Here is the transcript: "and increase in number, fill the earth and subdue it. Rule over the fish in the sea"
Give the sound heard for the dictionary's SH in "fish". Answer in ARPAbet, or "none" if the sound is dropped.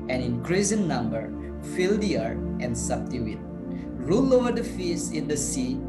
S